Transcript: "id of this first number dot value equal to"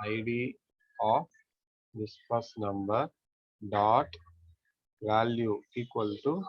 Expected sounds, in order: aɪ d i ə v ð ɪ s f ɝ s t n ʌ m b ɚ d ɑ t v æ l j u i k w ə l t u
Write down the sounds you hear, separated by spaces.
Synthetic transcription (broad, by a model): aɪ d i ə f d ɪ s p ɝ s n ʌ m b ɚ d ɑ t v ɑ l j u i k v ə l t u